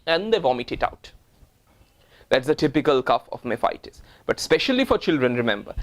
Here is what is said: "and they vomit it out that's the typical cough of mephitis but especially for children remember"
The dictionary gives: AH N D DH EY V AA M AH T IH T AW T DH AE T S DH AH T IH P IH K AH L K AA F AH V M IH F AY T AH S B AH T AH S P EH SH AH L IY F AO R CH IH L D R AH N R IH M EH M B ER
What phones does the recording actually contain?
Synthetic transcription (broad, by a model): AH N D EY V AA M AH T IH T AW T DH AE T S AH T IH P IH K AH L K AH F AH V M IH F AY T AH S B AH T S P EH SH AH L IY F AO R CH IH L D R AH N R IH M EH M B ER